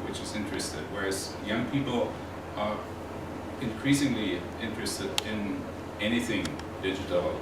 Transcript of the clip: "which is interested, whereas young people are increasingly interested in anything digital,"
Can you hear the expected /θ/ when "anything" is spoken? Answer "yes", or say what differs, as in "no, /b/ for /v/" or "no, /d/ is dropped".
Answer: yes